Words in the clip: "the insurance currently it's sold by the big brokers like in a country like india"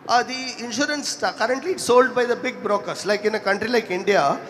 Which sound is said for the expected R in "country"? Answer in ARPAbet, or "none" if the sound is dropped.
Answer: R